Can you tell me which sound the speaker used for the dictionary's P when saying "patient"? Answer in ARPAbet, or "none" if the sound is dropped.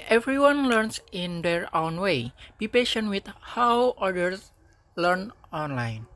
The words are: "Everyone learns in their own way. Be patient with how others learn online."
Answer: P